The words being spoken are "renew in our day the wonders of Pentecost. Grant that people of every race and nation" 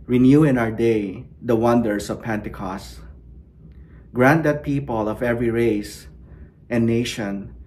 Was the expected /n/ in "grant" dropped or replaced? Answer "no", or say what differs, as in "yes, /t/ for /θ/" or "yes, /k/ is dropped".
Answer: no